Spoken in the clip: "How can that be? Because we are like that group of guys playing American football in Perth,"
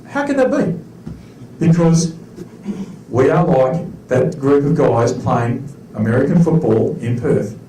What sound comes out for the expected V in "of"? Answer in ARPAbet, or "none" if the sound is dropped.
V